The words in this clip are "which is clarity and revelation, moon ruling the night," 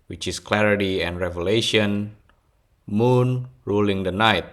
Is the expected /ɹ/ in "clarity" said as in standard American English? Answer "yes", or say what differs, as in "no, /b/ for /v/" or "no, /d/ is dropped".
yes